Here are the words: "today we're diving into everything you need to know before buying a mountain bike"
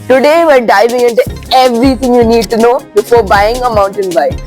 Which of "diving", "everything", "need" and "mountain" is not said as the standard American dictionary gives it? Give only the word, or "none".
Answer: everything